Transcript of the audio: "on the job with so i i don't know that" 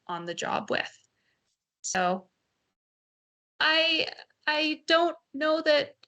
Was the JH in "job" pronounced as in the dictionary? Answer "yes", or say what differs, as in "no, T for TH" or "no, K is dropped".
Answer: yes